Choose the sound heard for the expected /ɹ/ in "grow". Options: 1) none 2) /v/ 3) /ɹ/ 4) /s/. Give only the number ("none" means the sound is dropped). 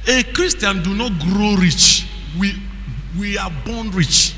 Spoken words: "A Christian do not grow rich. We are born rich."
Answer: 3